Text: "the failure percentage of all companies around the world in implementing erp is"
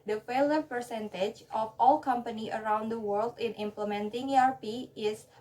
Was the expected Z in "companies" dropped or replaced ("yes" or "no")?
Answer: yes